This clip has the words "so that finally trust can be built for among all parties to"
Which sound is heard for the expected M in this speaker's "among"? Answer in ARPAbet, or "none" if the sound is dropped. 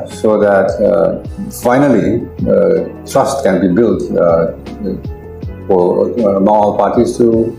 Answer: none